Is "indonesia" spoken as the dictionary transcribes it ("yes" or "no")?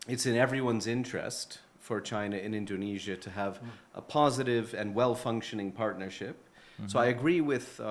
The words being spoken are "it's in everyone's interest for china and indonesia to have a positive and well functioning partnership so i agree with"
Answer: yes